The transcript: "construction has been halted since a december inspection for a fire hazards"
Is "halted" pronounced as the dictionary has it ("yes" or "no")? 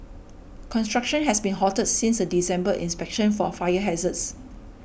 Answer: no